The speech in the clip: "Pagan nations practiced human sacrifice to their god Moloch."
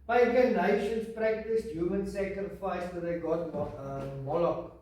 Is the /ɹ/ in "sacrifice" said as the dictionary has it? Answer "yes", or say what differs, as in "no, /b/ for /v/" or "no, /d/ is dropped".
yes